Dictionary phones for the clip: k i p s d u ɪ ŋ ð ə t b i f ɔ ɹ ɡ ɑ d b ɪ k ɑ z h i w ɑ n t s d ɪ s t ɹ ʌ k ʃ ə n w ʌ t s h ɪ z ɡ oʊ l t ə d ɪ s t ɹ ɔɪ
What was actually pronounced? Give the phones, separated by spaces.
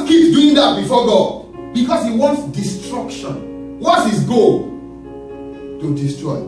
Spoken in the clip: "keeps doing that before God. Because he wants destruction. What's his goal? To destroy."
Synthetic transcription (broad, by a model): k i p d u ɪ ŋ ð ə t b i f ɔ ɡ ɑ d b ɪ k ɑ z h i w ɑ n t s d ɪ s t ɹ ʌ k ʃ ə n w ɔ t h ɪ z ɡ oʊ l t ə d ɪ s t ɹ ɔɪ